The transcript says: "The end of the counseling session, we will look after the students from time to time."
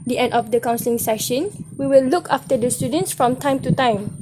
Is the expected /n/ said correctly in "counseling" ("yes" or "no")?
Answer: yes